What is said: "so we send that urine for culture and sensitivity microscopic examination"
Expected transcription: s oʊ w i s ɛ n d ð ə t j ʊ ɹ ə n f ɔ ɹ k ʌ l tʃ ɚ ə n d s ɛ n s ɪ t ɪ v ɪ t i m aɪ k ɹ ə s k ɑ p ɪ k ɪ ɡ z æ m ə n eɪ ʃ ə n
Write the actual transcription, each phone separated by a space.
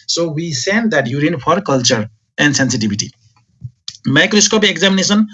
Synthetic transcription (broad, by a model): s oʊ w i s ɛ n d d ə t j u ɹ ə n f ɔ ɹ k ʌ l tʃ ɚ ə n d s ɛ n s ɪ t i b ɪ t i m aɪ k ɹ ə s k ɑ p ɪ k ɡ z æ m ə n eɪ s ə n